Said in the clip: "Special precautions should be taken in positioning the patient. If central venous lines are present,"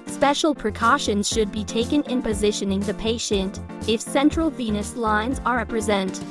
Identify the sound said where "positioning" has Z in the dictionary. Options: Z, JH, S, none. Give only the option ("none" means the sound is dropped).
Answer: Z